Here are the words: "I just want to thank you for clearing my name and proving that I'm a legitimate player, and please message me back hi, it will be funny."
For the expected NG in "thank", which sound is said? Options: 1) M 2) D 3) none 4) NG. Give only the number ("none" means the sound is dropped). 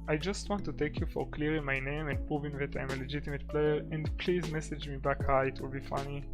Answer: 3